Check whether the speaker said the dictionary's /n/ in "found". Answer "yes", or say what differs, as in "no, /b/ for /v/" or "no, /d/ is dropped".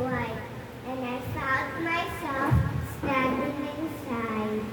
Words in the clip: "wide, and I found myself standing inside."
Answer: no, /n/ is dropped